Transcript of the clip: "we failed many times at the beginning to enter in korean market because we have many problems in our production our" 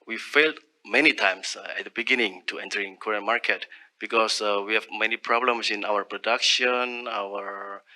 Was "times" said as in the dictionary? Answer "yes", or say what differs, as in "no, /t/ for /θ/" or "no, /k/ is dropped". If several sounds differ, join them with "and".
no, /s/ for /z/